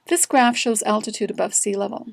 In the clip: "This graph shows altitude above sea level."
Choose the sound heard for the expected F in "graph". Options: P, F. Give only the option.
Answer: F